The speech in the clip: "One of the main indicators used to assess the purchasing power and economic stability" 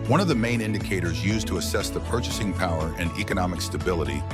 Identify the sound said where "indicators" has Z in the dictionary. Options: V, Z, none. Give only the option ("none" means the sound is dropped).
Z